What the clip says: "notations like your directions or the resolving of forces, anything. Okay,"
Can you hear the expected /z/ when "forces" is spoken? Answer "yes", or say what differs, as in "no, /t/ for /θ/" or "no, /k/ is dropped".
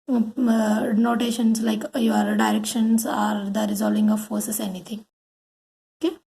no, /s/ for /z/